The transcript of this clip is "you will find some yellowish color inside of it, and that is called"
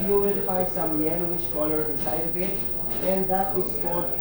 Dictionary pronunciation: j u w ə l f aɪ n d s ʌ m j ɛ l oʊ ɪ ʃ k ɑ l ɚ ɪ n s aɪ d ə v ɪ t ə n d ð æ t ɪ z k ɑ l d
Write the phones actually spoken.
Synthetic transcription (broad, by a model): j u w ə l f aɪ d s ʌ m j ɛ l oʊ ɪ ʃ k ɑ l ɚ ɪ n s aɪ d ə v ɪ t ə n d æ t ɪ s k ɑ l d